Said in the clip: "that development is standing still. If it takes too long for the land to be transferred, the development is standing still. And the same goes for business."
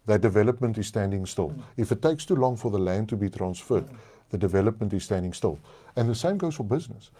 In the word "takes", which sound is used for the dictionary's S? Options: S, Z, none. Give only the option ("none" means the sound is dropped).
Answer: S